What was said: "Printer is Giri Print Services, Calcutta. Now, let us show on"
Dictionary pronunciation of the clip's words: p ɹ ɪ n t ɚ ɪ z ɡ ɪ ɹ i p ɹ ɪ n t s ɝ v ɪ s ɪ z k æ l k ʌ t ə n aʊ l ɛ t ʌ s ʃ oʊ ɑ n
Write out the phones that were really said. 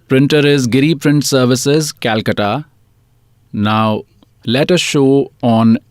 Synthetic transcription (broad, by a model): p ɹ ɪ n t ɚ ɪ z ɡ ɪ ɹ i p ɹ ɪ n t s ɝ v ɪ s ɪ z k æ l k ʌ t ə n aʊ l ɛ t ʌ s ʃ oʊ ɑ n